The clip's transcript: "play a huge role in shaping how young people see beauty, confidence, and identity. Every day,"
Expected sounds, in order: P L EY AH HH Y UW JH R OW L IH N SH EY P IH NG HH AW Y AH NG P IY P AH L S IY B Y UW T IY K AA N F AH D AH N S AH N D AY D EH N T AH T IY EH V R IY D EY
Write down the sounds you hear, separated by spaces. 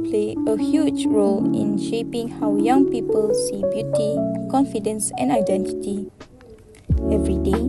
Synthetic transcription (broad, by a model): P L EY AH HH Y UW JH R OW L IH N SH EY P IH NG HH AW Y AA NG P IY P AH L S IY B Y UW T IY K AA N F AH D AH N S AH N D AY D EH N T AH T IY EH V R IY D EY